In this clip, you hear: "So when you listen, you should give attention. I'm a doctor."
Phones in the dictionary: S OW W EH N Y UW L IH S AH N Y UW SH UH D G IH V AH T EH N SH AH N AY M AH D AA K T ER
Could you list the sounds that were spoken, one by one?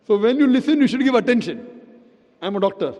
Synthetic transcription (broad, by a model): S OW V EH N Y UW L IH S AH N Y UW SH UH D G IH V AH T EH N SH AH N AY M AH D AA K T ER